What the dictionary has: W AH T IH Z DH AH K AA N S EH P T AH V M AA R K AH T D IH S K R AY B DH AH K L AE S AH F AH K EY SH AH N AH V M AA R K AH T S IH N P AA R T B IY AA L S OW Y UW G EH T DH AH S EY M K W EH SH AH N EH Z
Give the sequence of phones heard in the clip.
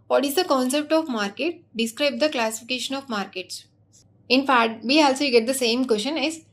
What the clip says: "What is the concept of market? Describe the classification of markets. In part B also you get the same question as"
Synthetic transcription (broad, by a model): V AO T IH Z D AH K AA N S EH P T AH V M AA R K AH T D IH S K R AY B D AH K L AE S AH F AH K EY SH AH N AH V M AA R K AH T S IH N F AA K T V IY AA L S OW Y G EH T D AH S EY M K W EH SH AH N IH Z